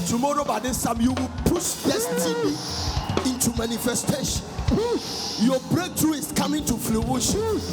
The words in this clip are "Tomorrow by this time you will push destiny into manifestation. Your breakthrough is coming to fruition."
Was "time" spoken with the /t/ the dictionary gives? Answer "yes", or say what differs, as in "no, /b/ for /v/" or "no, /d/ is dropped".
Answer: no, /s/ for /t/